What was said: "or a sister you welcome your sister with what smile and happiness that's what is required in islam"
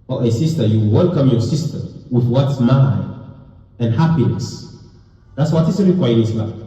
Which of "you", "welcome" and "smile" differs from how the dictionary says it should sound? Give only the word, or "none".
smile